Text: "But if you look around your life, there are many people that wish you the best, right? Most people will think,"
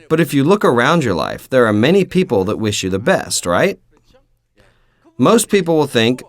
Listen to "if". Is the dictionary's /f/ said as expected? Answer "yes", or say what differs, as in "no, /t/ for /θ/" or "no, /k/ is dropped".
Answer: yes